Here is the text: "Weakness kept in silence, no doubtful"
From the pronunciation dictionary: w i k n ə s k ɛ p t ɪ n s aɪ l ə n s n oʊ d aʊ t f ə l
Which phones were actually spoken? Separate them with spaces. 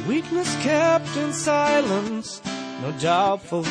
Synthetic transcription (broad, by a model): w i k n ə s k ɛ p t ɪ n s aɪ l ə n s n oʊ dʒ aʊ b f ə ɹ